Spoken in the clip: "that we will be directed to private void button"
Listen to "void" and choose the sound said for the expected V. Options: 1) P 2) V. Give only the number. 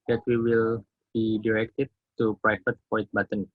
1